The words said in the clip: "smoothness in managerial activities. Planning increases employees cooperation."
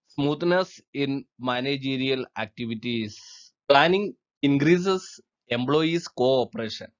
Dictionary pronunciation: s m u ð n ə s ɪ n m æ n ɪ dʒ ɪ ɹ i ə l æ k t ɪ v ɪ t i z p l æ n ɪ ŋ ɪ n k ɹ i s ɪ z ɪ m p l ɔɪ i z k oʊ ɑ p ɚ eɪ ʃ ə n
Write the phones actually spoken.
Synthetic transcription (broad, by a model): s m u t n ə s ɪ n m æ n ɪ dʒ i ɹ i ə l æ k t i v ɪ t i s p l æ n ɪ ŋ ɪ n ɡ ɹ i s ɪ s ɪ m b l ɔɪ i s k oʊ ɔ p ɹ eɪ ʃ ə n